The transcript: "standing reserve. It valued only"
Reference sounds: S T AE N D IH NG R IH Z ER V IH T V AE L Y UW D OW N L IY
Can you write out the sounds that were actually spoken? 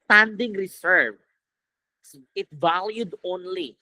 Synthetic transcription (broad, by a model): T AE N D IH NG R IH S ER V IH T V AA L Y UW D OW N L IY